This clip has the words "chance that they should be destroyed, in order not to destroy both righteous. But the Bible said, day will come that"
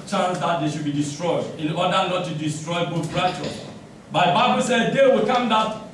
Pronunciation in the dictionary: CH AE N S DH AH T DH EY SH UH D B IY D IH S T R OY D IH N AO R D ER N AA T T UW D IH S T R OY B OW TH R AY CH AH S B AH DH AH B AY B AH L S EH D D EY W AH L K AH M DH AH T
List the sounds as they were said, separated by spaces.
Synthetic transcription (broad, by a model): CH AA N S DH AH T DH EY SH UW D B IY D IH S T R OY D IH N AO D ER N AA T T UW D IH S T R OY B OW T R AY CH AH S B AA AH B AY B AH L S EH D D EY W AH L K AH M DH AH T